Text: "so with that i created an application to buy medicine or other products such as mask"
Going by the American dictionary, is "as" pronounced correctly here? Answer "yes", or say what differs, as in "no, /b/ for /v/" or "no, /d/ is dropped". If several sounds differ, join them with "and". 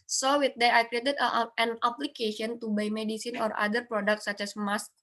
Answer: no, /s/ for /z/